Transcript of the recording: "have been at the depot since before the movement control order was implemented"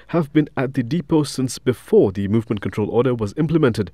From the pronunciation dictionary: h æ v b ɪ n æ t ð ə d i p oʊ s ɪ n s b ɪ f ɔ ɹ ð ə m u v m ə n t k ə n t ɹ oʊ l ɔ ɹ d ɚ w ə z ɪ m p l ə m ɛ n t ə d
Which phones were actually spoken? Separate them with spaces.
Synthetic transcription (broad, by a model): h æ v b ɪ n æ t ð ə d i p oʊ s ɪ n s b ɪ f ɔ ɹ ð ə m u v m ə n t k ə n t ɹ oʊ l ɔ ɹ d ɚ w ə z ɪ m p l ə m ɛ n t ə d